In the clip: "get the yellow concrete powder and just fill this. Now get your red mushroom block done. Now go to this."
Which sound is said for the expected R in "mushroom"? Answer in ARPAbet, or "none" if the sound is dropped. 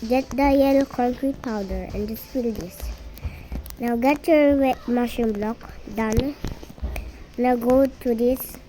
none